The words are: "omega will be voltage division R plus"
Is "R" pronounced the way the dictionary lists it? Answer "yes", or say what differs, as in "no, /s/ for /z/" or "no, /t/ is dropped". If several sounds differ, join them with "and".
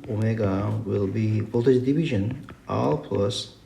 no, /l/ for /ɹ/